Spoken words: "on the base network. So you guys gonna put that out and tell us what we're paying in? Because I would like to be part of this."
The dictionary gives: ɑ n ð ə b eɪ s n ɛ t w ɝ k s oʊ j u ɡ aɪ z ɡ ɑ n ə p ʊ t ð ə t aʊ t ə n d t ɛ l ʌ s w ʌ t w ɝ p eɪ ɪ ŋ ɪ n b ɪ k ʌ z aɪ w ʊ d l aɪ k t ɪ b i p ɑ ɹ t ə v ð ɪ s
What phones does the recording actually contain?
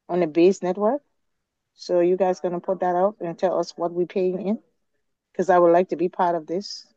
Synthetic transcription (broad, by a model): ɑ n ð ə b eɪ s n ɛ t w ɝ k s oʊ j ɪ ɡ aɪ z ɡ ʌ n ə p ʊ t ð ə t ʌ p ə n t ɛ l ʌ s w ʌ t w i p eɪ ɪ ŋ ɪ n k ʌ z aɪ w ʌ d l aɪ k t ɪ b i p ɑ ɹ t ə v ð ɪ s